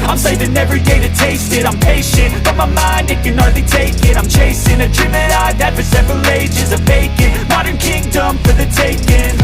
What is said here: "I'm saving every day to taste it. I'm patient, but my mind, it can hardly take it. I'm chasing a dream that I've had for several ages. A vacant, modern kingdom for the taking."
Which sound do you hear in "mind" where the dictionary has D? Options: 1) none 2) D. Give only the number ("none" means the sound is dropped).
2